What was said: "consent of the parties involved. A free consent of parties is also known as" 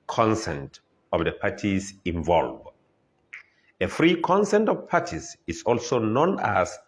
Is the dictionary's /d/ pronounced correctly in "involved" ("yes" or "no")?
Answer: no